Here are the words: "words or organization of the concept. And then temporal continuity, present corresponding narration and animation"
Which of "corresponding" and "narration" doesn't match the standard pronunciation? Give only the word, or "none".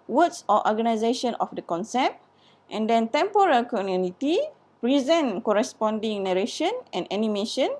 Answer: none